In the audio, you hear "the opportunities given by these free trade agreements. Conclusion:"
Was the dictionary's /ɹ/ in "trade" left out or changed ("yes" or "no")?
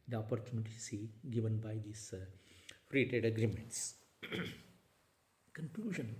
yes